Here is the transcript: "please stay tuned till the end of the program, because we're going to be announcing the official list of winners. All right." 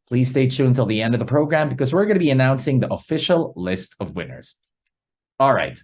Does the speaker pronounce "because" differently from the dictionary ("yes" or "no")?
no